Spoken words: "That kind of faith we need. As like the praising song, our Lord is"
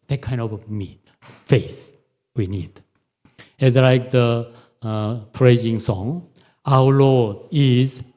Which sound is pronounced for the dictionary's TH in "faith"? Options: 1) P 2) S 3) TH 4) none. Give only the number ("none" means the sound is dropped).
2